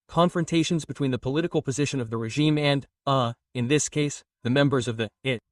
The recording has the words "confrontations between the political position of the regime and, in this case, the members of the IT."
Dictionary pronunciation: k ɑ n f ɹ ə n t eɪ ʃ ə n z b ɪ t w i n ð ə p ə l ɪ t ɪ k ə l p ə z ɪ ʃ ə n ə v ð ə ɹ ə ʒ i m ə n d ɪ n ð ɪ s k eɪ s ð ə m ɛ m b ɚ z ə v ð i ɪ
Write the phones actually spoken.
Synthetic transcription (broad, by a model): k ɑ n f ɹ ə n t eɪ ʃ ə n z b ɪ t w i n ð ə p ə l ɪ t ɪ k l p ə z ɪ ʃ ə n ə v ð ə ɹ ə ʒ i m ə n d ɪ n ð ɪ s k eɪ s ð ə m ɛ m b ɚ z ə v ð i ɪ